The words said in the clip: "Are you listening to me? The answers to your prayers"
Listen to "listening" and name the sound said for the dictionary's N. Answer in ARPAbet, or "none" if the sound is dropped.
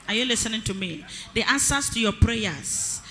N